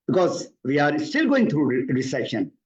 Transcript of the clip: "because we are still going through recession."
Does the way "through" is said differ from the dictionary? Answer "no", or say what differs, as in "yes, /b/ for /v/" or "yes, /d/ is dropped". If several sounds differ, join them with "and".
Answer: yes, /t/ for /θ/